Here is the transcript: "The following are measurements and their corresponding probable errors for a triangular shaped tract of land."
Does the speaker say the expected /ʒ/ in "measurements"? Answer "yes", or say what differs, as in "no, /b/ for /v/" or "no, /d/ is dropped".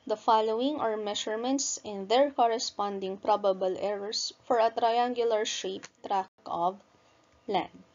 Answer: no, /ʃ/ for /ʒ/